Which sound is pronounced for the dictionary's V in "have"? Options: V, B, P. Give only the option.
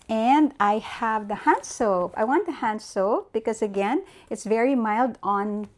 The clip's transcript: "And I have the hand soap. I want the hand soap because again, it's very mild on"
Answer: V